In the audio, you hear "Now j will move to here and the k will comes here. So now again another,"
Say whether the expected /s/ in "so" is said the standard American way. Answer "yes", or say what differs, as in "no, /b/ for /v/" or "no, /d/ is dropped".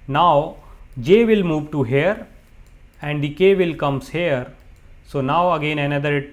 yes